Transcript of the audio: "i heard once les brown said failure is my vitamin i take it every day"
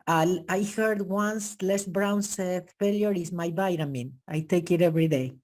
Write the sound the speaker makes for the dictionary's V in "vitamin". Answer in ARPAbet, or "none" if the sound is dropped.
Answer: B